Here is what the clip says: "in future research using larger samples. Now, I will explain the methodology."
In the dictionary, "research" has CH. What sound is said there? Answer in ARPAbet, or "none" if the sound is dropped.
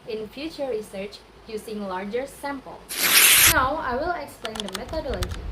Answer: CH